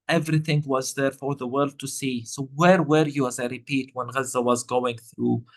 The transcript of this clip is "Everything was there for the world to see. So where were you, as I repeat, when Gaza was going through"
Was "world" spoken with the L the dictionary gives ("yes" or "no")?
yes